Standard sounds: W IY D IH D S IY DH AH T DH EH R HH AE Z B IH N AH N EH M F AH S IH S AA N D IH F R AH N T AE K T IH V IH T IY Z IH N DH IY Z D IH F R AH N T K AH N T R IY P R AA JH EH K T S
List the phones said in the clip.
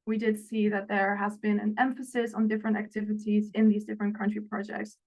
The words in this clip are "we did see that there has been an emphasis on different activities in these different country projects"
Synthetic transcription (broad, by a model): W IY D IH D S IY DH AH T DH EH R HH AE Z B IH N AH N EH M F AH S IH S N D IH F R AH N T AE K T IH V IH T IY Z IH N DH IY Z D IH F R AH N K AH N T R IY P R AA JH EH K T S